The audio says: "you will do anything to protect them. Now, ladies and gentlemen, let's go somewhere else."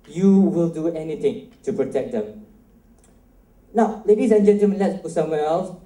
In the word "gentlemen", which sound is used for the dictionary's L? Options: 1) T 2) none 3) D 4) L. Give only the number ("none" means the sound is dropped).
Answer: 2